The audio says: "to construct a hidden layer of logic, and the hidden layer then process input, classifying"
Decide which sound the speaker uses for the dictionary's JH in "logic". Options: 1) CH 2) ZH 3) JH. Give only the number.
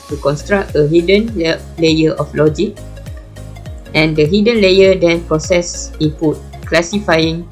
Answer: 3